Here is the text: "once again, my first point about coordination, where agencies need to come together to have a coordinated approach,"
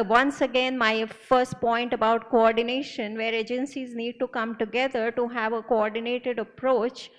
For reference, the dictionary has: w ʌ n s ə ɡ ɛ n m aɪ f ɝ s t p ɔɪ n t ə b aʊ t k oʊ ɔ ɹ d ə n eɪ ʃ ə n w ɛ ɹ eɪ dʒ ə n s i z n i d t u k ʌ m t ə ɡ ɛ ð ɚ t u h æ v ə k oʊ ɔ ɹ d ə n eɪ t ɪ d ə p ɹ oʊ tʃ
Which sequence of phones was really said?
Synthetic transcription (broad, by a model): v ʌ n s ə ɡ ɛ n m aɪ f ɝ s t p ɔɪ n t ə b aʊ t k oʊ ɔ ɹ d ə n eɪ ʃ ə n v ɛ ɹ eɪ dʒ ə n s i z n i d t u k ʌ m t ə ɡ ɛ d ɚ t u h æ v ə k oʊ ɔ ɹ d ə n eɪ t ɪ d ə p ɹ oʊ tʃ